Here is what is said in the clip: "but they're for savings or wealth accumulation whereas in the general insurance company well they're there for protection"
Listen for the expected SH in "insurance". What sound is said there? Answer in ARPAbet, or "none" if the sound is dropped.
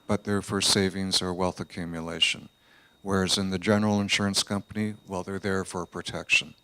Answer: SH